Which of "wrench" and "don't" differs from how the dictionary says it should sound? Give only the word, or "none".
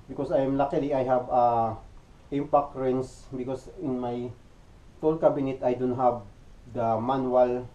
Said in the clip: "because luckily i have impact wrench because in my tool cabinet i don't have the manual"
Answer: wrench